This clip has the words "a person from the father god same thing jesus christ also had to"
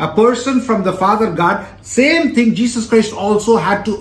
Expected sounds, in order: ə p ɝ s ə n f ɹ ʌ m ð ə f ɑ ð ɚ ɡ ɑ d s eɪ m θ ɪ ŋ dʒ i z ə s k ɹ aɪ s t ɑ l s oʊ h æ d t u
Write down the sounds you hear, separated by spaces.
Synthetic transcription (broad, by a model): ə p ɝ s ə n f ɹ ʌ m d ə f ɑ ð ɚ ɡ ɑ d s eɪ m t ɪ ŋ dʒ i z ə s k ɹ aɪ s t ɑ l s oʊ h æ d t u